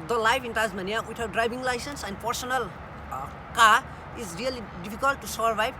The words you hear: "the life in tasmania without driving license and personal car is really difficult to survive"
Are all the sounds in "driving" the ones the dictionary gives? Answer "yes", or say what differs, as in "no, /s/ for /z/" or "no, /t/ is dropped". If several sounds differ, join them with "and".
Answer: no, /b/ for /v/